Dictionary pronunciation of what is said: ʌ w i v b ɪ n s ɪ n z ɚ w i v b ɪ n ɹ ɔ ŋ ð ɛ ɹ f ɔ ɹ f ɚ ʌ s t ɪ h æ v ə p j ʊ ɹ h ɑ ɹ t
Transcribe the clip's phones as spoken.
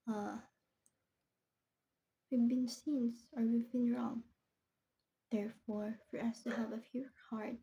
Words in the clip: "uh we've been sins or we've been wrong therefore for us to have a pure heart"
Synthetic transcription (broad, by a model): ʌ w i v b ɪ n s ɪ n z ɚ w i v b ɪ n ɹ ɔ ŋ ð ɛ ɹ f ɔ ɹ f ɚ ʌ s t ɪ h æ v ə f j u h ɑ ɹ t